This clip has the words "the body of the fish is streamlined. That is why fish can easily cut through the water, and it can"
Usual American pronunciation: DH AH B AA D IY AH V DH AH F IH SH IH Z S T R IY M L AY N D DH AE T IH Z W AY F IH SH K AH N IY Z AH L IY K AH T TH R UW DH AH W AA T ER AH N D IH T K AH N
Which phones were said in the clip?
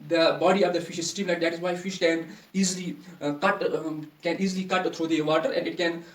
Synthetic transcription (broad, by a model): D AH B AA D IY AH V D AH F IH SH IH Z S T IY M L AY D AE T IH Z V AY F IH SH K AH N IY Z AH L IY K AH T T R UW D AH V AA T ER AH N D IH T K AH N